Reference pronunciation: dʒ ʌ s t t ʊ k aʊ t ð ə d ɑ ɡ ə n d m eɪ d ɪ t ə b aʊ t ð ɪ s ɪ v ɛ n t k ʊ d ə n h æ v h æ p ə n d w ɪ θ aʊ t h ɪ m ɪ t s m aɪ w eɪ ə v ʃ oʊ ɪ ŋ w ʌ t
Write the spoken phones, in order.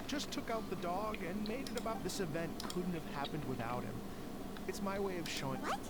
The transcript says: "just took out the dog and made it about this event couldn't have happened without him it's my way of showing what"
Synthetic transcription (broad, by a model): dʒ ʌ s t t ʊ k aʊ t ð ə d ɑ ɡ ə n m eɪ d ɪ t ə b aʊ t ð ɪ s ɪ v ɛ n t k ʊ d n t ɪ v h æ p ə n d w ɪ θ aʊ t h ɪ m ɪ t s m aɪ w eɪ ə v ʃ oʊ ɪ ŋ